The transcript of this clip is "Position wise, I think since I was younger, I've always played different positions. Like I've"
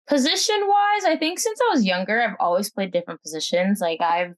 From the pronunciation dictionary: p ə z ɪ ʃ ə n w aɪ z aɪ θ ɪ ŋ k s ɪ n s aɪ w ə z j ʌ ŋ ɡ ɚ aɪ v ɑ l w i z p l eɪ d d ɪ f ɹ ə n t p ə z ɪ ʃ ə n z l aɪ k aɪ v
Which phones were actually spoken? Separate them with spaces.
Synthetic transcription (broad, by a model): p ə z ɪ ʃ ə n w aɪ z aɪ θ ɪ ŋ k s ɪ n s aɪ w ə z j ʌ ŋ ɡ ɚ aɪ v ɑ l w i z p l eɪ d d ɪ f ɹ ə n p ə z ɪ ʃ ə n z l aɪ k aɪ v